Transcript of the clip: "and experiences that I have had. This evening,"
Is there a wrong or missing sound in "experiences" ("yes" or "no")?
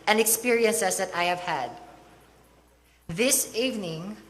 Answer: yes